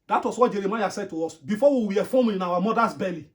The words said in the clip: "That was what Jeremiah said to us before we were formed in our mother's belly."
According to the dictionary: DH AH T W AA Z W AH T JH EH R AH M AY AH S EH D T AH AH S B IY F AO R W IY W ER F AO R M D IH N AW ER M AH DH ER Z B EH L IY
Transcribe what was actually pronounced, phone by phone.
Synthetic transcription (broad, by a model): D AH T W AA S W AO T JH EH R AH M AY AH S EH D T AH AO S B IY F AO W IY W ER F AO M IH N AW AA M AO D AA S B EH L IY